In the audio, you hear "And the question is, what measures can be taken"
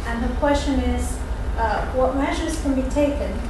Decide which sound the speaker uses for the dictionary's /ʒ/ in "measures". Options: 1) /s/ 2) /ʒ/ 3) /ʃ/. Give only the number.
2